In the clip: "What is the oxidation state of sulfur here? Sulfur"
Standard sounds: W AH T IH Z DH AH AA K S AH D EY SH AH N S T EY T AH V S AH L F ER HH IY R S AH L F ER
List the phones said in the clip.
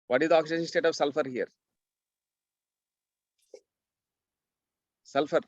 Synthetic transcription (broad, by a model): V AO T IH Z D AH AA K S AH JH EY AH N S T EY T AH V S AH L F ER HH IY R S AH L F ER